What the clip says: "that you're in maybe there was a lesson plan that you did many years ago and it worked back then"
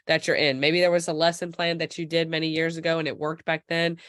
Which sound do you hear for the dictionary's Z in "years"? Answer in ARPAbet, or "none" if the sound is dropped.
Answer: Z